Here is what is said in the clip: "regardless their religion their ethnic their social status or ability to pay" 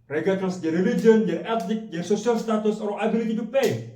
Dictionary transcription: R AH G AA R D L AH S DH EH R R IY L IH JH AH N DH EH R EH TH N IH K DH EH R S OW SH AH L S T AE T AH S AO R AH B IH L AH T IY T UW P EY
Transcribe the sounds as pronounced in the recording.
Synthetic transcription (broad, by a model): R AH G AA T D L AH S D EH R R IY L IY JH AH N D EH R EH T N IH K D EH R S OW S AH L S T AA T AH S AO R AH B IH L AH T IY T UW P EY